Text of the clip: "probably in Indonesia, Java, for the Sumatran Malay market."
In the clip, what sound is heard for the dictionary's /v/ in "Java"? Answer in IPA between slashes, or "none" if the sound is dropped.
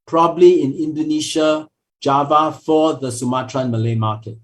/v/